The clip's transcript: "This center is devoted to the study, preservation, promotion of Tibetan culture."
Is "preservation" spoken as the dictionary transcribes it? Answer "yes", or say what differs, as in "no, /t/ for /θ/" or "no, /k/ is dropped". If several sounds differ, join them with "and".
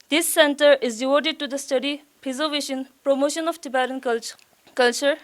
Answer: no, /ɹ/ is dropped